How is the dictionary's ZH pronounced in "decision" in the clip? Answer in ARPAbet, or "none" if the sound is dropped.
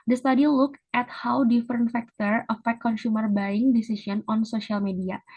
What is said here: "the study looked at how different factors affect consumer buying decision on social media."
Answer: S